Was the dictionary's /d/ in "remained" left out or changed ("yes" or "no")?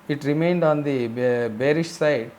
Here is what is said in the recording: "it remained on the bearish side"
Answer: no